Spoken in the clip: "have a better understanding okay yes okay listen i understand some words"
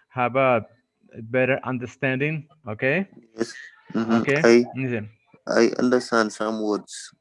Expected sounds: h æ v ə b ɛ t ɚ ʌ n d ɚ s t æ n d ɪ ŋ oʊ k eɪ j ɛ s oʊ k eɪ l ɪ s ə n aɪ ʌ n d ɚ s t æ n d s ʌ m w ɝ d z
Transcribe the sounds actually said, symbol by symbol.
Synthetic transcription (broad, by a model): h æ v ə b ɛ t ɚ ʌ n d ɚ s t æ n d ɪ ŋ oʊ k eɪ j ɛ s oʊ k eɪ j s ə aɪ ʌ n d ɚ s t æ n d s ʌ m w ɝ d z